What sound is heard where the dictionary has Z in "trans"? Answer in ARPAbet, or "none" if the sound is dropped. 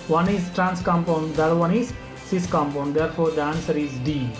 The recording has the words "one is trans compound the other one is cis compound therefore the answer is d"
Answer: S